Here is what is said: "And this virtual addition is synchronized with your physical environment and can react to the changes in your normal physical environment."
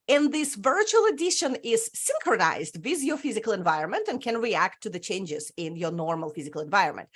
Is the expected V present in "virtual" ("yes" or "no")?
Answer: yes